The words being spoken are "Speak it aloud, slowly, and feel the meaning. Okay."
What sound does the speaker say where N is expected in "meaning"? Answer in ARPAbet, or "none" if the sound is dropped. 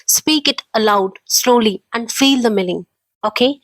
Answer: L